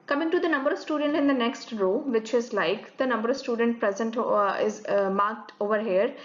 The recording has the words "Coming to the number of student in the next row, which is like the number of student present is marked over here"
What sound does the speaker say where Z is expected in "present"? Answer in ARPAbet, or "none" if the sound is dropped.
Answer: Z